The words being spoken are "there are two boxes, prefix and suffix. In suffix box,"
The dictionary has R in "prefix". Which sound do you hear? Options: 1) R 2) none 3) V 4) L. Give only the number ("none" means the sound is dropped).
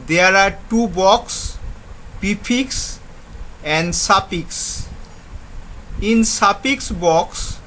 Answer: 2